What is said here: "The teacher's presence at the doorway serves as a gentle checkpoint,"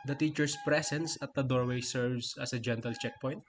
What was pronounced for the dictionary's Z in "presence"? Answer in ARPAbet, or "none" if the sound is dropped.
S